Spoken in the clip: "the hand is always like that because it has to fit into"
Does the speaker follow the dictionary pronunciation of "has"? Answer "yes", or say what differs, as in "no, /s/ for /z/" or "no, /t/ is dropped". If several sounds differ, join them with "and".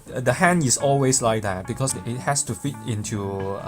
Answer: no, /s/ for /z/